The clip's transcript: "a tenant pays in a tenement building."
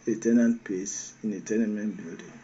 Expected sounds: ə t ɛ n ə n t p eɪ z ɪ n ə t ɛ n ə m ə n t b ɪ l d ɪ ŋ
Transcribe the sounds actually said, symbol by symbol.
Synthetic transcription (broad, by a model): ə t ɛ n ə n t p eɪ s ɪ n ə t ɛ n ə m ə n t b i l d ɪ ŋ